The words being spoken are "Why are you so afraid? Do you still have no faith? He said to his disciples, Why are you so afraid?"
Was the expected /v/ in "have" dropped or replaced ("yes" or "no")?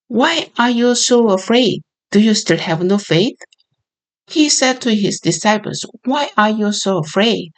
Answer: no